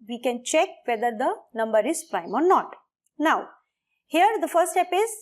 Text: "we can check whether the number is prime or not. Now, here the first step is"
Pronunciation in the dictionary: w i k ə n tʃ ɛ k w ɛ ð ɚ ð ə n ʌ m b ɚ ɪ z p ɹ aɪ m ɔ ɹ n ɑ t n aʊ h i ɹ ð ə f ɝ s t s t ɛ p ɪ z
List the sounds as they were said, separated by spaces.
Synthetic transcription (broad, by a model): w i k ə n tʃ ɛ k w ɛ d ɚ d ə n ʌ m b ɚ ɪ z p ɹ aɪ m ɔ ɹ n ɑ t n aʊ h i ɹ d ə f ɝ t s t ɛ p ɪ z